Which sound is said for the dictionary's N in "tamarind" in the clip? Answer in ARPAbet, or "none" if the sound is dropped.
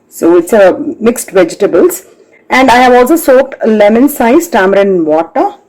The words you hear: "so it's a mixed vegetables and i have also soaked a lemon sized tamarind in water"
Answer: none